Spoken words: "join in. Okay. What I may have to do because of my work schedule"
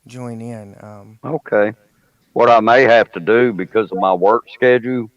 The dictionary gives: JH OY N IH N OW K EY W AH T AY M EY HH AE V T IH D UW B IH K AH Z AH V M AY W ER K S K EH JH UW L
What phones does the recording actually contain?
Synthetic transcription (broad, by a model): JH OY N IH N OW K EY W AH T AY M EY HH AE F T IH D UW B IH K AH Z AH V M AY W ER K S K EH JH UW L